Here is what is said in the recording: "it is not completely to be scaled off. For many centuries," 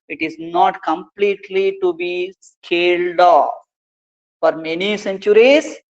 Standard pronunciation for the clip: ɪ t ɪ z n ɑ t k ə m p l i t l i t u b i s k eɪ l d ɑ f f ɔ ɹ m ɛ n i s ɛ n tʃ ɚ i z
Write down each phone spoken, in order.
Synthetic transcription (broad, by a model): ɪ t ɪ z n ɑ t k ə m p l i t l i t u b i s k eɪ l d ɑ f f ɔ ɹ m ɛ n i s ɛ n tʃ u i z